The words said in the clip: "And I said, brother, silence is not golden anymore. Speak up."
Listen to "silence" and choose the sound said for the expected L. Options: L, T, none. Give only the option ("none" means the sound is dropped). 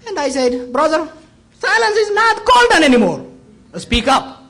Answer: L